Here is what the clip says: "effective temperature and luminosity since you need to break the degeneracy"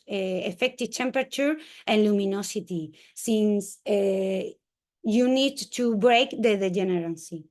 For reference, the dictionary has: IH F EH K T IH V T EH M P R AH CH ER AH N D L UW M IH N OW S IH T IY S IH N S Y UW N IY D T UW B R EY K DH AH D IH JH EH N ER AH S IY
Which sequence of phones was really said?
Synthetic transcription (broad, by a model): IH F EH K T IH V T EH M P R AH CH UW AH N L UW M IH N OW S IH T IY S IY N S Y UW N IY D T UW B R EY K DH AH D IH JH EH N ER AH S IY